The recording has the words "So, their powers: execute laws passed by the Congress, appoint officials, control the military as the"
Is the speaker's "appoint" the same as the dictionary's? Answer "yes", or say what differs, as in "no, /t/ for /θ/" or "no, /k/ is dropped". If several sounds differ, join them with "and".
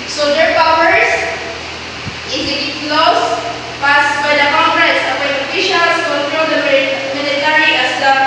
no, /t/ is dropped